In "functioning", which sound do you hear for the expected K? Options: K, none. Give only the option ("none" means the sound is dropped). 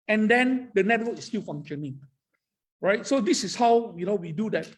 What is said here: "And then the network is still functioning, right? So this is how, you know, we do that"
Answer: none